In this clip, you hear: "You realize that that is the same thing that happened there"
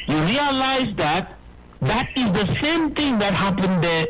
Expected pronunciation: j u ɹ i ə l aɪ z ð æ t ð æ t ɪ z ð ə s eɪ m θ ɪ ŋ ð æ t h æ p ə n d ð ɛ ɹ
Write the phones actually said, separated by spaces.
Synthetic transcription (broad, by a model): j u ɹ i ə l aɪ z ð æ t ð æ t ɪ z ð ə s eɪ m t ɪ ŋ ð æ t h æ p ə n d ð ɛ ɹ